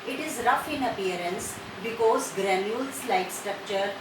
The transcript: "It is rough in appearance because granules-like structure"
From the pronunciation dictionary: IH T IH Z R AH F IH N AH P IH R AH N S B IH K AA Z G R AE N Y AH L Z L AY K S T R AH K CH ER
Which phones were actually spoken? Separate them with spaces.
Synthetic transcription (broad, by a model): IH T IH Z R AH F IH N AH P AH R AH N S B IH K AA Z G R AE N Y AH L S L AY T S T R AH K CH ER